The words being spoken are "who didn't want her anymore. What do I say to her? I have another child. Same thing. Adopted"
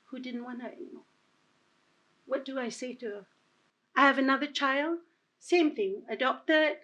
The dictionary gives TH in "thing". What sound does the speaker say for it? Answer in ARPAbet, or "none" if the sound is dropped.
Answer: TH